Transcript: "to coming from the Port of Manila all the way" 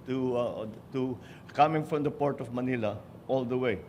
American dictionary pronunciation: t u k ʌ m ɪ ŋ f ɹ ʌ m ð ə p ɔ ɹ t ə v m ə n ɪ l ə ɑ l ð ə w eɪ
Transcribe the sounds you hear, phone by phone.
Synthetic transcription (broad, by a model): t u k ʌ m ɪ ŋ f ɹ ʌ m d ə p ɔ ɹ t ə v m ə n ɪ l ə ɑ l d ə w eɪ